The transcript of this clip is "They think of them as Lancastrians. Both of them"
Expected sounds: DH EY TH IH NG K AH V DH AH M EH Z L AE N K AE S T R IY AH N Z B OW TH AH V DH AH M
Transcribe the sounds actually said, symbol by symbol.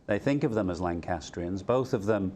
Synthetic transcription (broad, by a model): DH EY TH IH NG K AH V DH AH M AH Z L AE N K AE S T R IY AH N Z B OW TH AH V DH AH M